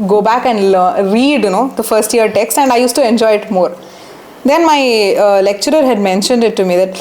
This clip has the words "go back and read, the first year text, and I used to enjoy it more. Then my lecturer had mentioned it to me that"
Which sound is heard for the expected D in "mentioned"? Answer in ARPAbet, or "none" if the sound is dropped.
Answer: D